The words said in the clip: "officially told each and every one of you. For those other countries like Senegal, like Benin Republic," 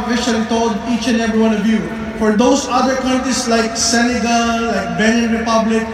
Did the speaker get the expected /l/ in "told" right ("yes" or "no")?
no